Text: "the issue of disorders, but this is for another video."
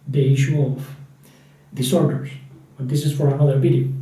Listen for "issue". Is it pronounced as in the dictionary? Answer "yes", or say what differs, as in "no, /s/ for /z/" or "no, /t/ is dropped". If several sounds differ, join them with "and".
yes